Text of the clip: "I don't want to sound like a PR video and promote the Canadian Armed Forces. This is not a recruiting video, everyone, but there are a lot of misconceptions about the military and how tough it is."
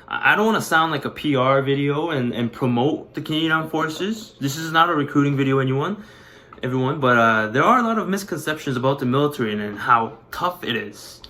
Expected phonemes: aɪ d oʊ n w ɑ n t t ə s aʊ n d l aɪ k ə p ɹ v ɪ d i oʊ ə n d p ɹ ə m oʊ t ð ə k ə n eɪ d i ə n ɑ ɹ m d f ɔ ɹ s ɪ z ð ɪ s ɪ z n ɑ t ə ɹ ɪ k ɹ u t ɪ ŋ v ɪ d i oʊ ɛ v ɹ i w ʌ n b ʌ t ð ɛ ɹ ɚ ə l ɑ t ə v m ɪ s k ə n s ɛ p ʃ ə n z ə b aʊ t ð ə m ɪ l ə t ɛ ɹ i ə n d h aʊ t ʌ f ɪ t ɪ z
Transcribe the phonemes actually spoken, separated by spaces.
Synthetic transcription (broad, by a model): aɪ d oʊ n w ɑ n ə s aʊ n d l aɪ k ə p ɹ v ɪ d i oʊ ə n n p ɹ ə m oʊ t ð ə k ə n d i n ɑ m f ɔ ɹ s ɪ z ð ɪ s ɪ z n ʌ t ə ɹ ɪ k ɹ u t ɪ ŋ v ɪ d i oʊ ɛ v ɹ i w ʌ n b ʌ t ð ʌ ɹ ɚ ə l ɑ t ə v m ɪ s k ə n s ɛ p ʃ ə n z ə b aʊ t ð ə m ɪ l ə t ɛ ɹ i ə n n h aʊ t ʌ f ɪ t ɪ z